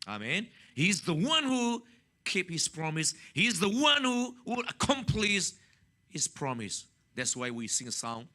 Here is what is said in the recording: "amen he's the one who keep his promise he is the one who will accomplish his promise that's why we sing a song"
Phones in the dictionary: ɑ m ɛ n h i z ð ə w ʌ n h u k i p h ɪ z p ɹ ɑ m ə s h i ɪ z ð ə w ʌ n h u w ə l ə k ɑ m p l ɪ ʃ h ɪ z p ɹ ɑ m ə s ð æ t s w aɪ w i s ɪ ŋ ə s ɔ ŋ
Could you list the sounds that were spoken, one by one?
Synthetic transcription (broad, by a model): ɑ m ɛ n h i z ð ə w ʌ n h u k i p h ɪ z p ɹ ɑ m ə s h i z ð ə w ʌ n h u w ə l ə k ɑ m p l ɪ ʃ h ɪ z p ɹ ɑ m ə s ð æ t s w aɪ w i s ɪ ŋ ə s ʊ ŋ